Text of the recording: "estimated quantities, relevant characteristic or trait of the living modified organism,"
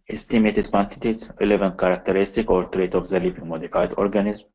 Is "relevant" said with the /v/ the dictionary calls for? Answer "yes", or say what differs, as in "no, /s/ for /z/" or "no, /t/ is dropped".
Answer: yes